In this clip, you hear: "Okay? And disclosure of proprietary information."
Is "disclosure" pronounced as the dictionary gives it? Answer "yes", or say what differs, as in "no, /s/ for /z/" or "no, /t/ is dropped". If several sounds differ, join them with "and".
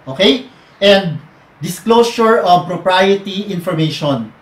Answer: no, /s/ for /ʒ/